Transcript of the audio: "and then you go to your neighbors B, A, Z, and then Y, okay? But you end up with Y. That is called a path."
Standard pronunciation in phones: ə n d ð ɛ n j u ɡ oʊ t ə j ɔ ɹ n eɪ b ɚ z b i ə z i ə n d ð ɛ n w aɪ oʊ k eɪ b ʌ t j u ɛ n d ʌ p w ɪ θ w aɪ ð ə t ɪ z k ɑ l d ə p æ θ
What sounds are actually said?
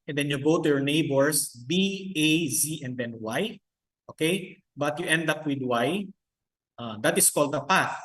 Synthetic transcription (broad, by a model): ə n d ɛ n j u ɡ oʊ t ə j ɔ ɹ n eɪ b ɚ s b i ə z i ə n d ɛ n w aɪ oʊ k eɪ b ʌ t j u ɛ n d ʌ p w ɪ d w aɪ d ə t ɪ s k ɑ l d ə p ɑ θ